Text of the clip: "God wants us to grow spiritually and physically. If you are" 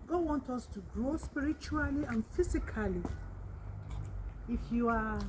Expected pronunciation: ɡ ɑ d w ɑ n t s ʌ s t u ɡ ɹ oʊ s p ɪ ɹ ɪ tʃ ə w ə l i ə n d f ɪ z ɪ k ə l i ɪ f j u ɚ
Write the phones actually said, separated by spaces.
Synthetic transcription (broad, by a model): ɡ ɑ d w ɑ n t ʌ s t u ɡ ɹ oʊ s p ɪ ɹ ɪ tʃ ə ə l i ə n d f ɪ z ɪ k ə l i ɪ f j u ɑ